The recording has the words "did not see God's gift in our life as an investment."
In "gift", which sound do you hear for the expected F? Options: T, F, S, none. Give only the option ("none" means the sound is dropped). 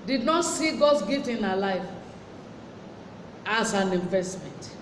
none